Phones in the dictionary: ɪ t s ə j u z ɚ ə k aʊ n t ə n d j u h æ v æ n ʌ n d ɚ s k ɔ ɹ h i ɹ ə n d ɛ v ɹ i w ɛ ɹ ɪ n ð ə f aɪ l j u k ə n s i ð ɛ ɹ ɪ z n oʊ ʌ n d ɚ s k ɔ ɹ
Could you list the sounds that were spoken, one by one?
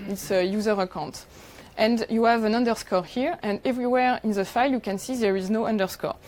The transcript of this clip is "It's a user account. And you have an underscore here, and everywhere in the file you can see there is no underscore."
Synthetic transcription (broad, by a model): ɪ t s ə j u z ɚ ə k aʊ n t ə n d j u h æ v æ n ʌ n d ɚ s k ɔ ɹ h i ɹ ə n d ɛ v ɹ i w ɛ ɹ ɪ n ð ə f aɪ l j u k ə n s i ð ɛ ɹ ɪ z n oʊ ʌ n d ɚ s k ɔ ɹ